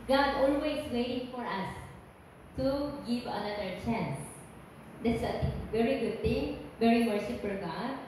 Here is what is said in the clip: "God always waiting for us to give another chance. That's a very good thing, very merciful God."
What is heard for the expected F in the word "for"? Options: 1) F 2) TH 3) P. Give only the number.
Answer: 1